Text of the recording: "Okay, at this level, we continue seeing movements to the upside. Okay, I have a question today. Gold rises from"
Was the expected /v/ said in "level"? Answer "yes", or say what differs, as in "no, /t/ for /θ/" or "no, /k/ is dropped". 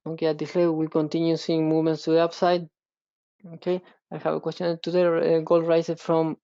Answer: no, /w/ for /v/